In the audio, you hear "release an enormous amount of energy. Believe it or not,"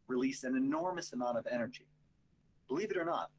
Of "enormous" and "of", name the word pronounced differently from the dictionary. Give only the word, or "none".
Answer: none